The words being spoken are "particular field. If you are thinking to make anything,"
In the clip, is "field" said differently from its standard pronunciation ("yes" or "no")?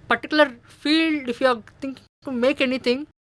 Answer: no